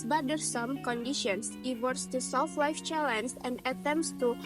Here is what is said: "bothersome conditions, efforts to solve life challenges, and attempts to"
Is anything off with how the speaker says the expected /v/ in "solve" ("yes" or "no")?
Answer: yes